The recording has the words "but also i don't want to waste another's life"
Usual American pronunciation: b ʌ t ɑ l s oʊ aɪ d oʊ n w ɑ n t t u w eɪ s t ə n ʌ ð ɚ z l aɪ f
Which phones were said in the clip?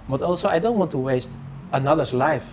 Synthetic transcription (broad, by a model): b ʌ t ɑ l s oʊ aɪ d oʊ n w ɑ n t t u w eɪ s t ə n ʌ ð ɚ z l aɪ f